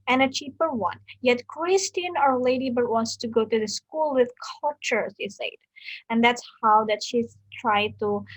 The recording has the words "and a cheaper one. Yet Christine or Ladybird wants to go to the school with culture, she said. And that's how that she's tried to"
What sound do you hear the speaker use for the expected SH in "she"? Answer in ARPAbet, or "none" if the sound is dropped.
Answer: S